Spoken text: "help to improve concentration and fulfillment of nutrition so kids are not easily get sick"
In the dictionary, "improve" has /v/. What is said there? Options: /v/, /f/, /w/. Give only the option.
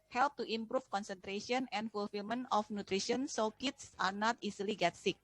/f/